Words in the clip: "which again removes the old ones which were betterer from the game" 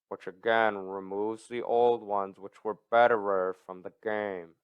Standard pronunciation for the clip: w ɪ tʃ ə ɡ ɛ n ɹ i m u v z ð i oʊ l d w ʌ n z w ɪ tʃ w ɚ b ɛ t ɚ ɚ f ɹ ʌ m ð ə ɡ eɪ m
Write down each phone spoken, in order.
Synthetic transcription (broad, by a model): w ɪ tʃ ə ɡ ɛ n ɹ i m u v z ð i oʊ l d w ʌ n z w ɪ tʃ w ɚ b ɛ t ɚ ɚ f ɹ ʌ m ð ə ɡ eɪ m